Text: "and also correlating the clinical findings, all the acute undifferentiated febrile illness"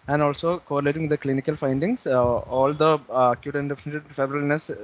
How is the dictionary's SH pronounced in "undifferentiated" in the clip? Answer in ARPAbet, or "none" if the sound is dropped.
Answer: none